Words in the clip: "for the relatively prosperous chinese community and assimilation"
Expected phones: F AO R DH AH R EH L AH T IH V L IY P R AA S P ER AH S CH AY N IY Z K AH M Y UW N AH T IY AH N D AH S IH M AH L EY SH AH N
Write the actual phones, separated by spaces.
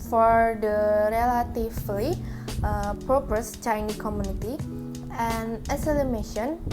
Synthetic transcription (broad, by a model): F AO R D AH R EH L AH T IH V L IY P R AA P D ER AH S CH AY N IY K AH M Y UW N AH T IY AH N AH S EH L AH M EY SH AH N